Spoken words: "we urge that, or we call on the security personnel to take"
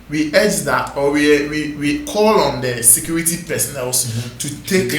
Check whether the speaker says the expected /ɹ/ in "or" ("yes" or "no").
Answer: no